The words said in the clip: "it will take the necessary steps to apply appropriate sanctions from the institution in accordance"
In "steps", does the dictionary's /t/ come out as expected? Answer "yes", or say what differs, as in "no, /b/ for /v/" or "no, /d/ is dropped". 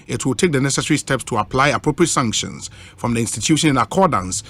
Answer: yes